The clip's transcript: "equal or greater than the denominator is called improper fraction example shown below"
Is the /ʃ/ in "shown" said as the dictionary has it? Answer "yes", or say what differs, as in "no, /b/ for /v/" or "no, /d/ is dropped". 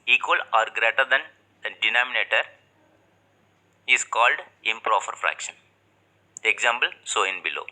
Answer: no, /s/ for /ʃ/